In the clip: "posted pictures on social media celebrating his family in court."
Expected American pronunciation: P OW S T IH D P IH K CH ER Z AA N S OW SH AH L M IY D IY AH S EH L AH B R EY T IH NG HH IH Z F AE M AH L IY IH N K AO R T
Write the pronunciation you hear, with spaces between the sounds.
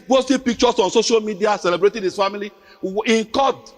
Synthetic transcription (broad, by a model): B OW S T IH P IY K CH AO S AA N S OW SH AH L M IY D IY AH S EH L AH B R EY T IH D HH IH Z F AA M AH L IY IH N K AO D